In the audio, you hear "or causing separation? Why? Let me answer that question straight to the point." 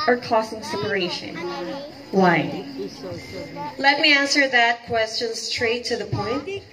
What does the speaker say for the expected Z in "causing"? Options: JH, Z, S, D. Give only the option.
S